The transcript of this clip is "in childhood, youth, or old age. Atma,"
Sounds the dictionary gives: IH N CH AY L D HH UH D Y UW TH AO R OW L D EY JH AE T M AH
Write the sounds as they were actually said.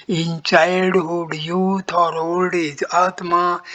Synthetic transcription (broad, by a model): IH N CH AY D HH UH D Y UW T AO R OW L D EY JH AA T M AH